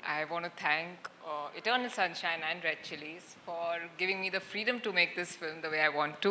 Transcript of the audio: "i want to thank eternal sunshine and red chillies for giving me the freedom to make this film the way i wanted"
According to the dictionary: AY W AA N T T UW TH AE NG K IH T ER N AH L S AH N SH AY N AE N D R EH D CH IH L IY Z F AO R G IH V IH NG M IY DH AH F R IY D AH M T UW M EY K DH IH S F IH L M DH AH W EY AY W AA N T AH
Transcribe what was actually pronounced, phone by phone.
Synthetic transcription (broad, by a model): AY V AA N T T UW T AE NG K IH T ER N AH L S AH N SH AY N AE N D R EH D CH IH L IY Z F AO R G IH V IH NG M IY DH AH F R IY D AH M T UW M EY K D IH S F IH L M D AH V EY AY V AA N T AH